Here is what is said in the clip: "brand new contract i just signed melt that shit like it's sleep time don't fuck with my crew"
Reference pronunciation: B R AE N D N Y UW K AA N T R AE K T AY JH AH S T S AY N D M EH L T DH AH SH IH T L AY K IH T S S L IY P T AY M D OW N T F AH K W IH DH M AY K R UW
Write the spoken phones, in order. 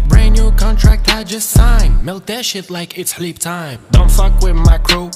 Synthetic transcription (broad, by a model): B R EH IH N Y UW K AA N T R AE K T AY JH AH S T S AY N M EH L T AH SH IH T L AY K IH T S S L IY P T AY M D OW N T F AH K W IH DH M AY K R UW